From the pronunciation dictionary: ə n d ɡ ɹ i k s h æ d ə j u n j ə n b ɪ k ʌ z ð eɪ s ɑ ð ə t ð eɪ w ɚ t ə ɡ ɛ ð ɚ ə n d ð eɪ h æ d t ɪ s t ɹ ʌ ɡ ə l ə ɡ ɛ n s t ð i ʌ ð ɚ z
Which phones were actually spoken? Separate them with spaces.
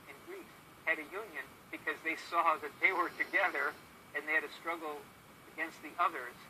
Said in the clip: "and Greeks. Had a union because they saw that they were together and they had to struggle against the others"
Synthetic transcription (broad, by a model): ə n ɡ ɹ i s h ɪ d ə j u n j ə n b ɪ k ʌ z ð eɪ s ɑ ð ə t ð eɪ w ɚ t ə ɡ ɛ ð ɚ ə n ð eɪ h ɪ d t ɪ s t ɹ ʌ ɡ l ə ɡ ɛ n s t ð i ʌ ð ɚ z